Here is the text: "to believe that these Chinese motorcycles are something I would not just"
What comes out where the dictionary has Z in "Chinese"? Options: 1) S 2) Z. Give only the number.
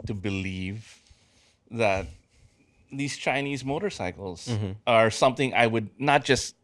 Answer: 2